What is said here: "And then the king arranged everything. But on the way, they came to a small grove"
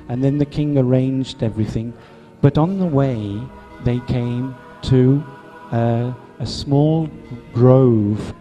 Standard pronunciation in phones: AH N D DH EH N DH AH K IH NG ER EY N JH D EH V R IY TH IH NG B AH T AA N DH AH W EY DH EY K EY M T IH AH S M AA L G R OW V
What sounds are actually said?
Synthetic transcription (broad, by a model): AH N DH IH N DH AH K IH NG ER EY N JH D EH V R IY TH IH NG B AH T N DH AH W EY DH EY K EY M T IH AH S M AA L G R OW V